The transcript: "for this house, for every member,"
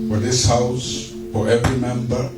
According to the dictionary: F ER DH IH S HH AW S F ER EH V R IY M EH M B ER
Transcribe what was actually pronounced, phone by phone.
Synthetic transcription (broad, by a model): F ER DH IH S HH AW S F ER EH V R IY M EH M B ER